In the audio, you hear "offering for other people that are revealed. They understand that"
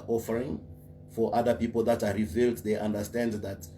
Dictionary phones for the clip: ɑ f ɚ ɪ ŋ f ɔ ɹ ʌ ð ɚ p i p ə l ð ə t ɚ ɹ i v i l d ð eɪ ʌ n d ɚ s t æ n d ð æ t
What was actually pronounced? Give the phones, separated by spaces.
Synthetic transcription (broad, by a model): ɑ f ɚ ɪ ŋ f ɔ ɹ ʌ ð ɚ p i p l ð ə t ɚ ɹ i v i l d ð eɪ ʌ n d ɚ s t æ n d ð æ t